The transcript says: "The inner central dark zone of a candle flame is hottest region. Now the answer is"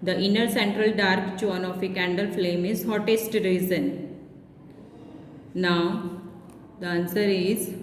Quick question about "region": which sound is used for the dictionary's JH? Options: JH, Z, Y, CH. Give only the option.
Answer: Z